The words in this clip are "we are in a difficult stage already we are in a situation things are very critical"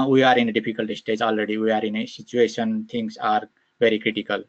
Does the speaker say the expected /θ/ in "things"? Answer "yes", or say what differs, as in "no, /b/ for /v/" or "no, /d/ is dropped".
no, /t/ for /θ/